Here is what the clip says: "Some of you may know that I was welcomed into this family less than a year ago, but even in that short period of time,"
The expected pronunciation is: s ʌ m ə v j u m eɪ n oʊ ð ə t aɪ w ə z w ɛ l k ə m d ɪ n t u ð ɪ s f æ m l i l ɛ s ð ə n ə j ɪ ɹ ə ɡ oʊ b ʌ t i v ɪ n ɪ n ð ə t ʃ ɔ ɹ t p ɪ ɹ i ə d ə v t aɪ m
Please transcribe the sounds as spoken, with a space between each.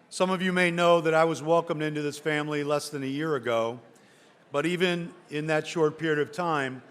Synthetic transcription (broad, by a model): s ʌ m ə v j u m eɪ n oʊ ð ə t aɪ w ə z w ɛ l k ə m d ɪ n t u ð ɪ s f æ m l i l ɛ s ð ə n ə j ɪ ɹ ə ɡ oʊ b ʌ t i v ɪ n ɪ n ð ə t ʃ ɔ ɹ t p ɪ ɹ i ə d ə v t aɪ m